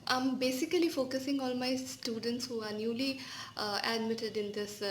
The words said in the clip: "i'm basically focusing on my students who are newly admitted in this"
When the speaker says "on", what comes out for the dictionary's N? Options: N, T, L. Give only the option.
L